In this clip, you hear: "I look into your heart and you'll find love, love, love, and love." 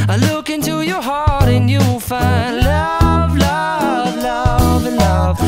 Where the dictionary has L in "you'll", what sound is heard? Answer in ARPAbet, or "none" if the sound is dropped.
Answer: W